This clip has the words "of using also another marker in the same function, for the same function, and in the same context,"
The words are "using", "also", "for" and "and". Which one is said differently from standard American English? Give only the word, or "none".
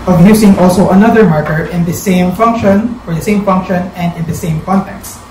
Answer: using